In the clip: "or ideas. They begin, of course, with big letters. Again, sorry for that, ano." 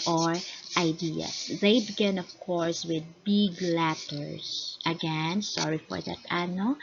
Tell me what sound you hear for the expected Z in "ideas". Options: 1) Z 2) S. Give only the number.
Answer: 2